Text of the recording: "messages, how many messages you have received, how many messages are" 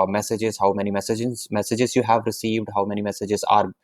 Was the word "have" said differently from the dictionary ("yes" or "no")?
no